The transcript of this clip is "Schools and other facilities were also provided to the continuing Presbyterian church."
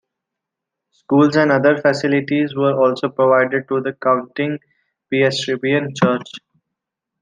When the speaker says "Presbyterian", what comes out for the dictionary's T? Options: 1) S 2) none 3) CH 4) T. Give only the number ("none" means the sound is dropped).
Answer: 1